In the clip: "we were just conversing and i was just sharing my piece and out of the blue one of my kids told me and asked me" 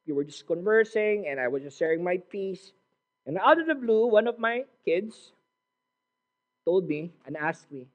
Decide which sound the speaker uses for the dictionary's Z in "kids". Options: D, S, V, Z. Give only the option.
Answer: S